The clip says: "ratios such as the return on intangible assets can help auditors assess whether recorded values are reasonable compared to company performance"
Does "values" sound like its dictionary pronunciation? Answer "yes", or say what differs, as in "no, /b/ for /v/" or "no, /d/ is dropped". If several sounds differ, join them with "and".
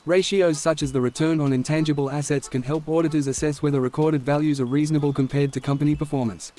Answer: yes